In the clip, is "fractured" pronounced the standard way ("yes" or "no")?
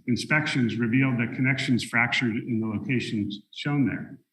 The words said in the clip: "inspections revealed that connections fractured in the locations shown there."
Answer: yes